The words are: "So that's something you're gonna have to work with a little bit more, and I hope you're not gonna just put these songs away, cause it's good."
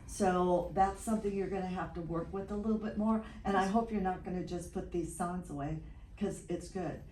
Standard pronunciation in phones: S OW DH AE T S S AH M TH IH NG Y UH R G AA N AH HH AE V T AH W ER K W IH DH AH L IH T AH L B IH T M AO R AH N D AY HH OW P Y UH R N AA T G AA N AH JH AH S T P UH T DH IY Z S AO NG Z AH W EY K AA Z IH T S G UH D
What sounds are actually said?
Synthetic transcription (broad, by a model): S OW DH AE T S S AH M TH IH NG Y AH R G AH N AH HH AE F T AH W ER K W IH DH AH L IH T L B IH T M AO R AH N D AY HH OW P Y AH R N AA T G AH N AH JH AH S P UH T DH IY Z S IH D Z AH W EY K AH Z IH T S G UH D